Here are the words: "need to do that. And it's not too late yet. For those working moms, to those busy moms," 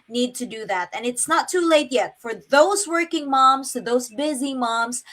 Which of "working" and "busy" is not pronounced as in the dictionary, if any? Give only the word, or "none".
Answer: none